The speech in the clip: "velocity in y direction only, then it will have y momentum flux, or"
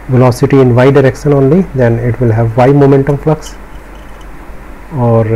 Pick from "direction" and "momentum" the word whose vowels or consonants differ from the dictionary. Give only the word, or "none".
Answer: none